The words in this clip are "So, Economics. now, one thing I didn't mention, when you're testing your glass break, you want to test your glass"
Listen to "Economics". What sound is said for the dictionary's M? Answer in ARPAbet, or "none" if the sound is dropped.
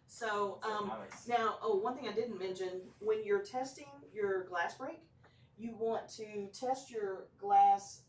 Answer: none